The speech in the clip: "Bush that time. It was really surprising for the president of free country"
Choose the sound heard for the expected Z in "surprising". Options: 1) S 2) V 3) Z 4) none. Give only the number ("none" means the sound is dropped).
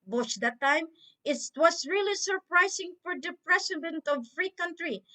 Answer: 1